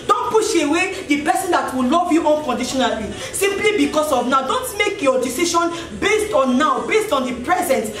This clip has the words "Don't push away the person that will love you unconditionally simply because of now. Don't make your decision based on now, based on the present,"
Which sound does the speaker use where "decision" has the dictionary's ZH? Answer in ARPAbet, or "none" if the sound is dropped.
SH